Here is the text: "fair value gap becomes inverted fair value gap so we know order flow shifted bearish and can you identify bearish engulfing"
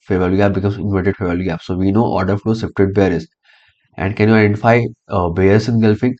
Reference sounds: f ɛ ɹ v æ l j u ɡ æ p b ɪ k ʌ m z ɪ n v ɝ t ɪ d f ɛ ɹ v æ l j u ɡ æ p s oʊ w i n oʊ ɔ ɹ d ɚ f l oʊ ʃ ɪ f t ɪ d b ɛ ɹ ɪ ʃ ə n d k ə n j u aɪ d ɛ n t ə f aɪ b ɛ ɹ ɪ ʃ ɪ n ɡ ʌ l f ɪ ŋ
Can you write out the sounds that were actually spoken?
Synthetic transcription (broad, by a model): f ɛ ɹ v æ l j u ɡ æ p b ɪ k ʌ m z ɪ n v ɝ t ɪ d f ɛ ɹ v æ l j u ɡ æ p s oʊ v i n oʊ ɔ ɹ d ɚ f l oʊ s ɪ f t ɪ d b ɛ ɹ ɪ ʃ ə n d k ə n j u aɪ d ɛ n t ə f aɪ b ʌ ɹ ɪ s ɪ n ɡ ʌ l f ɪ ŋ